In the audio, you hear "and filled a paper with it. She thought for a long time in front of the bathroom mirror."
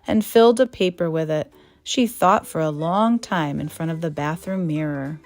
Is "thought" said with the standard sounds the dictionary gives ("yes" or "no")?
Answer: yes